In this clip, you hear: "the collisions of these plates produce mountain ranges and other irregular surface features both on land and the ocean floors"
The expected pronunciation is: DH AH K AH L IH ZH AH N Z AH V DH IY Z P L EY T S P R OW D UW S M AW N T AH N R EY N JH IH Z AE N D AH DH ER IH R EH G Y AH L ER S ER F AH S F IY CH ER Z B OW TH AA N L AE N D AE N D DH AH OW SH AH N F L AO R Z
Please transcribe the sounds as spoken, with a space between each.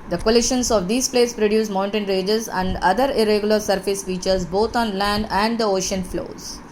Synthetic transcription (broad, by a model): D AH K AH L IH SH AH N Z AH V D IY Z P L EY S P R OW D UW S M AW N T AH N R EY JH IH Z AE N D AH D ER IH R EH G Y AH L ER S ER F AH S F IY CH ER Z B OW T AA N L AE N D AE N D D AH OW SH AH N F L AO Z